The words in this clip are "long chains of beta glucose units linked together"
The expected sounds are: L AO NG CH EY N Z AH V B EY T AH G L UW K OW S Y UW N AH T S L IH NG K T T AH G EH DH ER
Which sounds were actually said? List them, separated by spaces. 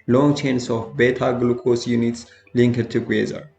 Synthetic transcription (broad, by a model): L AO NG CH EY N S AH F B EY T AH G L UW K OW S Y UW N AH T S L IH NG K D T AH G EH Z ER